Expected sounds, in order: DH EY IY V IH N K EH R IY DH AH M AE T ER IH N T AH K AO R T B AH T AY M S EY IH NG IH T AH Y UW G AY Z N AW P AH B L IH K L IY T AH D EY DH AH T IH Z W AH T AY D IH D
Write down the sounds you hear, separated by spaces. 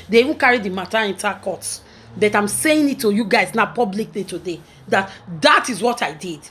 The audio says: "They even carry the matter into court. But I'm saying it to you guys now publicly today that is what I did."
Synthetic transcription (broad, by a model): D EY IY V IH N K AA R IY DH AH M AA T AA IH N T AH K AO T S B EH T AY M S EY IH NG IH T AH Y UW G AY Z N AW P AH B L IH K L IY T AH D EY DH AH T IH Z W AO T AY D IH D